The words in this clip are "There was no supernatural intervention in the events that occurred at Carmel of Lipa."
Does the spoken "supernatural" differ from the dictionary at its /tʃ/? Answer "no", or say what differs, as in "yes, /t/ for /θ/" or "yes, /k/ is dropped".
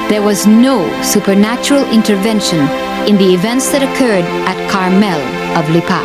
no